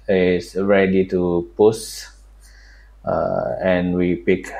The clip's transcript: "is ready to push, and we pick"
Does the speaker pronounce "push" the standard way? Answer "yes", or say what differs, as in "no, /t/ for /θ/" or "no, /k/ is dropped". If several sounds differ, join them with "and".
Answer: no, /s/ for /ʃ/